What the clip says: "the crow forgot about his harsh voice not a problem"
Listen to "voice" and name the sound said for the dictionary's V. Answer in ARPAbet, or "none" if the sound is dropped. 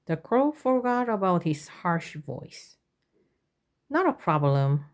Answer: V